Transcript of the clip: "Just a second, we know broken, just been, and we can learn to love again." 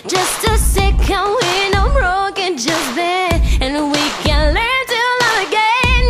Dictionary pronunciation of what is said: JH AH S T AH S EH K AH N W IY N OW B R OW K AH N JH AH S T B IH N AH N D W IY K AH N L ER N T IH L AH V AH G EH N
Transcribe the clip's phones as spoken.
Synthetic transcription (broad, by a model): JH AH S T AH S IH K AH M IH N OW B R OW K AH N JH AH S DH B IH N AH N W IY K AH N L ER N T IH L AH AH G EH N